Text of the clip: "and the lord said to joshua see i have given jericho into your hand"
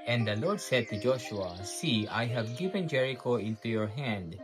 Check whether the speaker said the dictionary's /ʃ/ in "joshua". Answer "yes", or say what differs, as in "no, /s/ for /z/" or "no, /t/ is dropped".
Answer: yes